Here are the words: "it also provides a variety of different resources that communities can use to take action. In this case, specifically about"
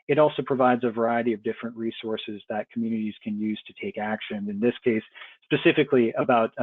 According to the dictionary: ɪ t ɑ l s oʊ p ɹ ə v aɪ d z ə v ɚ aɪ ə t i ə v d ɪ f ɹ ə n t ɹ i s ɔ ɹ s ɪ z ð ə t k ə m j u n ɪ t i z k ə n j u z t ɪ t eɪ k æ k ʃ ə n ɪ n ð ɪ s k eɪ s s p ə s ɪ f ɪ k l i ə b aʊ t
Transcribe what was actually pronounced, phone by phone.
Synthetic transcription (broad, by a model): ɪ t ɑ l s oʊ p ɹ ə v aɪ d z ə v ɚ aɪ ə t i ə v d ɪ f ɹ ə n t ɹ i s ɔ ɹ s ɪ z ð ə t k m j u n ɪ t i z k ə n j u z t ɪ t eɪ k æ k ʃ ə n ɪ n ð ɪ s k eɪ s s p ə s ɪ f ɪ k l i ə b aʊ t